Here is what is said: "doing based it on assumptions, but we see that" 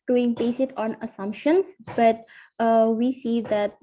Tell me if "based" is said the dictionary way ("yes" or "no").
no